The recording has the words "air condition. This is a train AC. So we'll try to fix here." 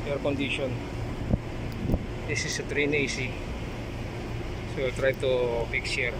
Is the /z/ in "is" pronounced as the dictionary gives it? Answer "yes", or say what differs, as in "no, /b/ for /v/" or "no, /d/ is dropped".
no, /s/ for /z/